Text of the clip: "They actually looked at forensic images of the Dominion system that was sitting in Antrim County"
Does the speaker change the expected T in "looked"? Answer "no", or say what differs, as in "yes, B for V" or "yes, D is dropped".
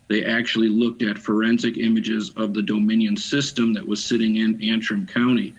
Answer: no